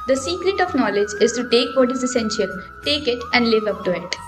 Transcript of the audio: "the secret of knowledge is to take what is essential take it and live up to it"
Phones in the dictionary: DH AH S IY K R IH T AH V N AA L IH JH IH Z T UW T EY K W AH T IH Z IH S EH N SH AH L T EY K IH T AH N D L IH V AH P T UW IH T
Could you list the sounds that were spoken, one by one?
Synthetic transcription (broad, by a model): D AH S IY K R IH T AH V N AA L IH JH IH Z T UW T EY K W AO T IH Z IH S EH N SH AH L T EY K IH T AH N D L IH V AH P T UW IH T